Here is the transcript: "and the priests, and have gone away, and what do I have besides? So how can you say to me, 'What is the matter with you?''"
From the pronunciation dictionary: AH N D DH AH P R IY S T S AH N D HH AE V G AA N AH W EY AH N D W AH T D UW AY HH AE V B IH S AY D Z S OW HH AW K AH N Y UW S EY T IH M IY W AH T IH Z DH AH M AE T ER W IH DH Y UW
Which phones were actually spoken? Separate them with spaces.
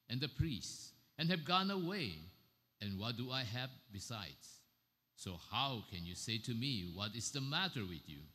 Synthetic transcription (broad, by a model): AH N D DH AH P R IY S T S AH N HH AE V G AA N AH W EY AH N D W AH T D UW AY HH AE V B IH S AY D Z S OW HH AW K AH N Y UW S EY T IH M IY W AH T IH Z DH AH M AE T ER W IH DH Y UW